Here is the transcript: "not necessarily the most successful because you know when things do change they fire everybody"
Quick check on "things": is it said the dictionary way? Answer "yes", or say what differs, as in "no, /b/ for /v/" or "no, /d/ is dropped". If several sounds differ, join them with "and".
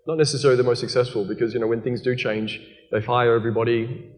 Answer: yes